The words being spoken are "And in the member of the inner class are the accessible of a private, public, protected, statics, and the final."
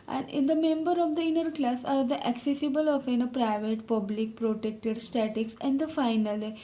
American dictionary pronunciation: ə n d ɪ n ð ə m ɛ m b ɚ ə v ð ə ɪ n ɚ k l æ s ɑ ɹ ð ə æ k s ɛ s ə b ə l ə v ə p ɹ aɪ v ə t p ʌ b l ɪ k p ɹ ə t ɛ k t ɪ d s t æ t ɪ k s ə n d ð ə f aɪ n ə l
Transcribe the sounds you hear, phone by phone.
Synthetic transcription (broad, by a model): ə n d ɪ n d ə m ɛ m b ɚ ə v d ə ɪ n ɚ k l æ s ɑ ɹ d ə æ k s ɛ s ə b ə l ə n ə p ɹ aɪ v ə t p ʌ b l ɪ k p ɹ ə t ɛ k t ɪ d s t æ t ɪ k s ə n d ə f aɪ n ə l